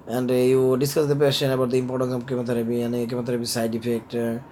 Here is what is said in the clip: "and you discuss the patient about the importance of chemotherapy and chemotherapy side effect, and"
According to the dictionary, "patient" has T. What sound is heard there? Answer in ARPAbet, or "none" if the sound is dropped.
none